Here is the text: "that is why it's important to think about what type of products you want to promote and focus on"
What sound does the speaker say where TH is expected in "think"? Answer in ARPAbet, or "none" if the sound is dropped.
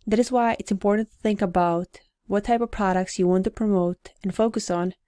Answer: TH